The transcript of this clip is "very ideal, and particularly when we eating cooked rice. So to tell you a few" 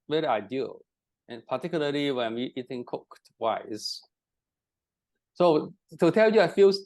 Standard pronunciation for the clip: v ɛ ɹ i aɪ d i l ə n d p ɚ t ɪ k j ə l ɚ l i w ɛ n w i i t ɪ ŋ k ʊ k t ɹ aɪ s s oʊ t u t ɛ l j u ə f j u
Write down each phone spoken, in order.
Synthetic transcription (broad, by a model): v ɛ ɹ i aɪ d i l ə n p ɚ t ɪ k j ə l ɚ l i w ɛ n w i i t ɪ ŋ k ʊ k t w aɪ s s oʊ t u t ɛ l j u ə f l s